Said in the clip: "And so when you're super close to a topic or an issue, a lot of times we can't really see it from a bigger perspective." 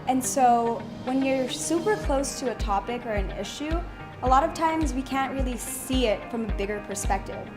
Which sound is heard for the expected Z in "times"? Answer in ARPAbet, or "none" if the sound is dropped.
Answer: Z